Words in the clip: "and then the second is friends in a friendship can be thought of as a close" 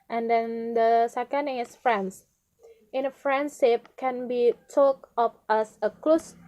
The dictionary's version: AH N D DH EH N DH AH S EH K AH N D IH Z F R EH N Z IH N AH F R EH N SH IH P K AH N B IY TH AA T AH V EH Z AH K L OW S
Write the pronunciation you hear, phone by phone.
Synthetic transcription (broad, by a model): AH N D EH N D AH S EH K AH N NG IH S F R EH N S IH N AH F R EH N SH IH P K AH N B IY T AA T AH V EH S AH K L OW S